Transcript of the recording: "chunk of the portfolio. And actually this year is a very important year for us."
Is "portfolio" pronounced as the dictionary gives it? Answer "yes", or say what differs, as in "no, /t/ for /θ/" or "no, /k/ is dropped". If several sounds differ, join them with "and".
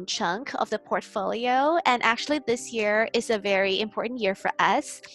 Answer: yes